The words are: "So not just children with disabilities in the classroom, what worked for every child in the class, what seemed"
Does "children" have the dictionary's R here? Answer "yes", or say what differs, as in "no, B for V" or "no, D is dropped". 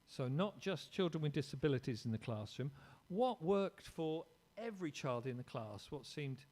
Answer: yes